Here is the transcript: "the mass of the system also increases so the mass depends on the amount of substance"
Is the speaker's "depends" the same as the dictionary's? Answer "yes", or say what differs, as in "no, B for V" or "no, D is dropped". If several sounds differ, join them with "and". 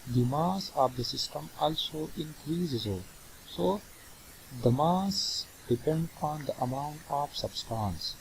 no, Z is dropped